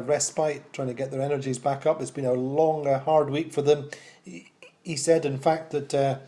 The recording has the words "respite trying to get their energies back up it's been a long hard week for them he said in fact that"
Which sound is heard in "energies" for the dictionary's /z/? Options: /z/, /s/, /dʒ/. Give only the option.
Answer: /z/